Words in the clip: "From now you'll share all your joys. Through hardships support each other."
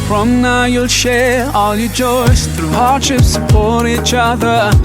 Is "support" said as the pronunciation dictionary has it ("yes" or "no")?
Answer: no